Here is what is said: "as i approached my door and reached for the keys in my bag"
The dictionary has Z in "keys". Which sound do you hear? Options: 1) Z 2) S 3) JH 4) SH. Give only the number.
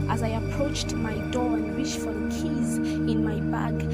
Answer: 1